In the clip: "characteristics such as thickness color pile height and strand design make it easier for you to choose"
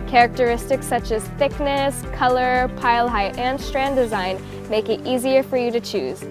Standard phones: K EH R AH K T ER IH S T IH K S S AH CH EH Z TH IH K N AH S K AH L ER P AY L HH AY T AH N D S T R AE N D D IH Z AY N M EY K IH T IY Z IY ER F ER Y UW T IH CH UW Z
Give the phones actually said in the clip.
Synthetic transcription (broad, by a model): K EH R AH K T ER IH S T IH K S S AH CH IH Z TH IH K N AH S K AH L ER P AY L HH AY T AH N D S T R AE N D D IH Z AY N M EY K IH T IY Z IY ER F ER Y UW T IH CH UW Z